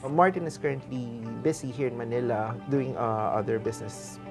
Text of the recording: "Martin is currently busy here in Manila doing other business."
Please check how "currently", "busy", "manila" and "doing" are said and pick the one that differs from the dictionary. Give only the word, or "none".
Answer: busy